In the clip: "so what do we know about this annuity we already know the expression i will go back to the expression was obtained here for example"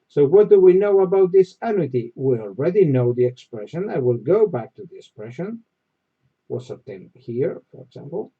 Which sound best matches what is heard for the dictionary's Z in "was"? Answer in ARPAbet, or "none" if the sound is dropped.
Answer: S